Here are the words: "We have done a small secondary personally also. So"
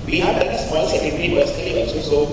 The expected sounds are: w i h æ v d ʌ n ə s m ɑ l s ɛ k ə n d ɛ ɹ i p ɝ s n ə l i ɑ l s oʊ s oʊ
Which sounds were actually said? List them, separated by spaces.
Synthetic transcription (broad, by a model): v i h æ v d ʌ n ə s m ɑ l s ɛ ə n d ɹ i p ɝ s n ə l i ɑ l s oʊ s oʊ